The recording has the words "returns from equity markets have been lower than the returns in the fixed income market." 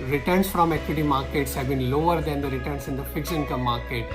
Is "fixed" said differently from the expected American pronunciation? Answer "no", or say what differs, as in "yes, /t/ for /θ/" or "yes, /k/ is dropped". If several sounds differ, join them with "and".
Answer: yes, /t/ is dropped